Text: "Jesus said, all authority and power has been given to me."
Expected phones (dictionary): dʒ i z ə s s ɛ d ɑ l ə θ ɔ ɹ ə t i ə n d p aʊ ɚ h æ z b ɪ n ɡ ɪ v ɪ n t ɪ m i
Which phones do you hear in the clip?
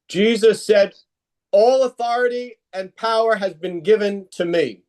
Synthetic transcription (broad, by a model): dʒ i z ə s s ɛ d ɑ l ə θ ɔ ɹ ə t i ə n p aʊ ɚ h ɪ z b ɪ n ɡ ɪ v ɪ n t ɪ m i